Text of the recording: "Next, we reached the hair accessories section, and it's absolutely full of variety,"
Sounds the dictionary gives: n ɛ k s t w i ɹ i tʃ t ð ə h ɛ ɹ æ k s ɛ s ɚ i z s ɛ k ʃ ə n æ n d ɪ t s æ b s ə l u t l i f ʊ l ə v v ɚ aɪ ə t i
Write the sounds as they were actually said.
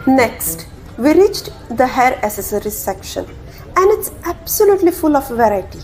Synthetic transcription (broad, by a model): n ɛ k s t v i ɹ i tʃ t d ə h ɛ ɹ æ s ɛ s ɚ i s ɛ k ʃ ə n æ n d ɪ t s æ b s ə l u t l i f ʊ l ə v v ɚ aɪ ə t i